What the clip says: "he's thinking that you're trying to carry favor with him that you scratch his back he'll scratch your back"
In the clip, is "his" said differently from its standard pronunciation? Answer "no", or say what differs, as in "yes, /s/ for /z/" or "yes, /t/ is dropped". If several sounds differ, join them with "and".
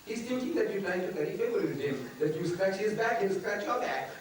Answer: no